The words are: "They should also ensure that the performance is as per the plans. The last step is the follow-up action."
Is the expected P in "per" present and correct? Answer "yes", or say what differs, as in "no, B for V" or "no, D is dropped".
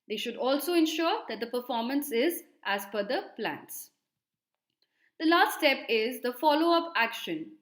no, F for P